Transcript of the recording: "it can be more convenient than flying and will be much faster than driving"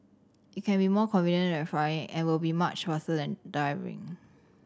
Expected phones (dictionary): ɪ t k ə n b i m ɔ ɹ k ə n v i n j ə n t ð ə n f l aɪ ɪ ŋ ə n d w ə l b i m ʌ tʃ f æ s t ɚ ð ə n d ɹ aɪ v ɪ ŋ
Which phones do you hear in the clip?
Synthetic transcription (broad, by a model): ɪ t k ə n b i m ɔ k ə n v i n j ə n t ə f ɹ aɪ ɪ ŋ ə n w ə l b i m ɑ tʃ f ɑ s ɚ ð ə n d aɪ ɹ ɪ ŋ